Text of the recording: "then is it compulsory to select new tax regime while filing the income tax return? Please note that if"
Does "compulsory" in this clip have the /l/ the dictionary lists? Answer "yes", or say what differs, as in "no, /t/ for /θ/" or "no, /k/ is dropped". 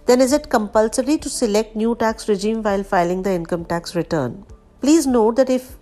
yes